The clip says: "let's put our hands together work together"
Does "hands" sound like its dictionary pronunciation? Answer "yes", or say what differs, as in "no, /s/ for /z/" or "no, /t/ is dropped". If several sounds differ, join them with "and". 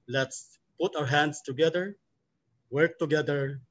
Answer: no, /s/ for /z/